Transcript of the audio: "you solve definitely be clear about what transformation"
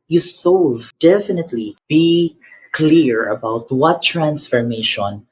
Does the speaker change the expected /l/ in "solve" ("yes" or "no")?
yes